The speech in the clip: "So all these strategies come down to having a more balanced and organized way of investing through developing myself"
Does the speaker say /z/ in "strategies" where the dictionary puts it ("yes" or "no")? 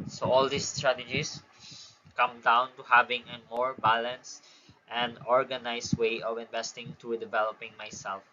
no